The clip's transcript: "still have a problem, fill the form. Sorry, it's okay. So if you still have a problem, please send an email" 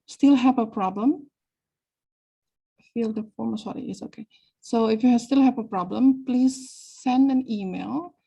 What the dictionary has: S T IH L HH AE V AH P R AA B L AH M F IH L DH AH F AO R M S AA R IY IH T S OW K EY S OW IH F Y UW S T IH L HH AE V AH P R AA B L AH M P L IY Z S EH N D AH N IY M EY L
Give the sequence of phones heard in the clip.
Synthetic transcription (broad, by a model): S T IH L HH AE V AH P R AA B L AH M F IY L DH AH F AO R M S AA R IY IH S OW K EY S OW IH F Y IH S T IH L HH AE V AH P R AA B L AH M P L IY Z S EH N D AH N IY M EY L